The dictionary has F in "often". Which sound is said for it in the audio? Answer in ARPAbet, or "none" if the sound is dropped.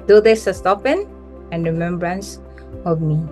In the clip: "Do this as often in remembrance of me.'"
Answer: P